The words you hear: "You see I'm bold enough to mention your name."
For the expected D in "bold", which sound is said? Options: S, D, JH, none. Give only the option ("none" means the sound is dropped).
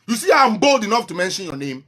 D